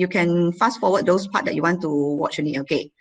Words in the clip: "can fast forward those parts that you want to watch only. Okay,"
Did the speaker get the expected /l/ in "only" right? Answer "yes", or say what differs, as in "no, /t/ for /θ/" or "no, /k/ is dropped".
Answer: no, /l/ is dropped